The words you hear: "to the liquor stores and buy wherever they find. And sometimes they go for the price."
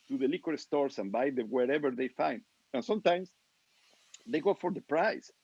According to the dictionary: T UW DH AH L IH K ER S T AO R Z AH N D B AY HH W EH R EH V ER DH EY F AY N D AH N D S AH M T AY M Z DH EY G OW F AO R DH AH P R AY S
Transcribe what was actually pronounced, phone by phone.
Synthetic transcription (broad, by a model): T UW DH AH L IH K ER S T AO R S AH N B AY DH W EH R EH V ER DH EY F AY N D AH N S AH M T AY M S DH EY G OW F AO R DH AH P R AY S